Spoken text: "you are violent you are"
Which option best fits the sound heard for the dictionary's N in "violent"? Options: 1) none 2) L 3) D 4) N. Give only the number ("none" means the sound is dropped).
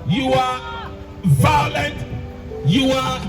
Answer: 4